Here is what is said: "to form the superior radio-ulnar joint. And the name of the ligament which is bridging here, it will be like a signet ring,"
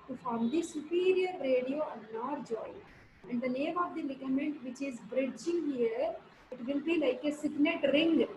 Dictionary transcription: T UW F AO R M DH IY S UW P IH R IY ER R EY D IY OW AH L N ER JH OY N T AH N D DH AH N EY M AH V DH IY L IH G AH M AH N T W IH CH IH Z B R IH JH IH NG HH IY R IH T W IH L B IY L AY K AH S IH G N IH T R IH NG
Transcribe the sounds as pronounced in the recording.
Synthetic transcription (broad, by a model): T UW F AO R M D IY S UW P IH R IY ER R EY D IY OW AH N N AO JH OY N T AH N D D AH N EY M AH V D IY L IH G AH M AH N T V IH CH IH Z B R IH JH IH NG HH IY R IH T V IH L B IY L AY K AH S IH G N IH T R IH NG